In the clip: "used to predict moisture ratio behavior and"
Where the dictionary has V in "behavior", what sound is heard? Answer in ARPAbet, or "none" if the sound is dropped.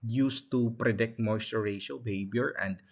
B